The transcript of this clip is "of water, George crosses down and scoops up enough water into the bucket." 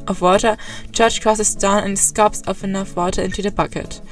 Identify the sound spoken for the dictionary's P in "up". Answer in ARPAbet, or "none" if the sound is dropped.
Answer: F